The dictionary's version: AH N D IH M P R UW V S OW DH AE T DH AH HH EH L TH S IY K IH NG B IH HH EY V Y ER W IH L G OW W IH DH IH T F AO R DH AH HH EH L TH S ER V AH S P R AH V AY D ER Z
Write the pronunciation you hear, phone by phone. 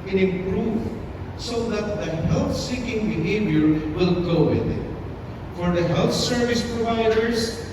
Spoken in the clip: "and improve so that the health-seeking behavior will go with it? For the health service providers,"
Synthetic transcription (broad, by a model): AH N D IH P R UW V S OW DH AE T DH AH HH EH L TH S IY K IH NG B IH HH EY V Y ER W IH L G OW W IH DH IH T F AO R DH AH HH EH L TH S ER V AH S P R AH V AY D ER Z